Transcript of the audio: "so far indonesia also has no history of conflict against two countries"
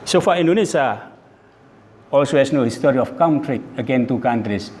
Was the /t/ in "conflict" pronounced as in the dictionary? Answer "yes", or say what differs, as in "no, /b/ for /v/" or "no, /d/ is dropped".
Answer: no, /t/ is dropped